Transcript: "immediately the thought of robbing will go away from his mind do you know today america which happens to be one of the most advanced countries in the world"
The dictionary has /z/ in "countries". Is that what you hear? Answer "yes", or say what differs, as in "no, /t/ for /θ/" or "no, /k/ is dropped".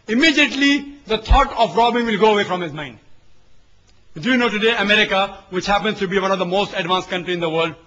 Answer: no, /z/ is dropped